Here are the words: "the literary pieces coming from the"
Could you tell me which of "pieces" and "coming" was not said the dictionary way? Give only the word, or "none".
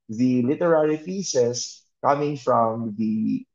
pieces